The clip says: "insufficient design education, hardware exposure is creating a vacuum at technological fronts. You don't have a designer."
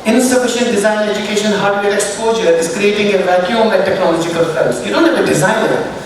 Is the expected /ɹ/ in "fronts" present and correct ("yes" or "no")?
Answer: no